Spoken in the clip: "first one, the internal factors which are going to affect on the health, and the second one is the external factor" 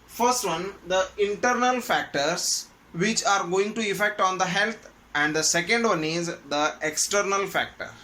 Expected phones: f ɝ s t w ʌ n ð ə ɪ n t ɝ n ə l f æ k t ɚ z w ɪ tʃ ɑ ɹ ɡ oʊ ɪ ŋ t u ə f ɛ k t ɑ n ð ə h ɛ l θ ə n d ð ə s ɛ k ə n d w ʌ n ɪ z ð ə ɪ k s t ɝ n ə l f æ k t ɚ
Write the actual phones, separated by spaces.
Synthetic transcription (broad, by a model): f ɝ s t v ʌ n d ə ɪ n t ɝ n ə l f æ k t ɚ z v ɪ tʃ ɑ ɹ ɡ oʊ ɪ ŋ t u ə f ɛ k t ɑ n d ə h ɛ l t ə n d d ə s ɛ k ə n d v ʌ n ɪ z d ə ɪ k s t ɝ n ə l f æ k t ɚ